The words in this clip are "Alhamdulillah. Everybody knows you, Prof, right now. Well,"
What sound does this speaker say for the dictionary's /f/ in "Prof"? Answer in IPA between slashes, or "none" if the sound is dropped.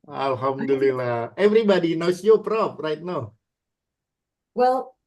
/p/